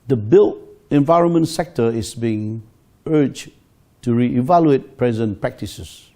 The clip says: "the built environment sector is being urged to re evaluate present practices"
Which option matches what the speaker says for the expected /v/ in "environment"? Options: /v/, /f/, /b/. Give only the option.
/v/